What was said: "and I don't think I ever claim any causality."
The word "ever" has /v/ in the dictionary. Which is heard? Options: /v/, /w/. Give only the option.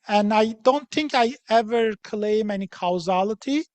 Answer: /v/